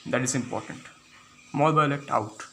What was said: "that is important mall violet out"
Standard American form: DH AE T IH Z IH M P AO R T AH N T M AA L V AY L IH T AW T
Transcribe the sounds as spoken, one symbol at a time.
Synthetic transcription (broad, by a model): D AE T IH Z IH M P AO R T AH N T M AA L B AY L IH T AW T